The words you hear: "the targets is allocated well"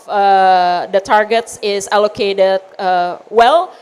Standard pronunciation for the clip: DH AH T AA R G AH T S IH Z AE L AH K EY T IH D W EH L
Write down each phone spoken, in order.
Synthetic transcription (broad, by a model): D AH T AA R G AH T S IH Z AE L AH K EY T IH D W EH L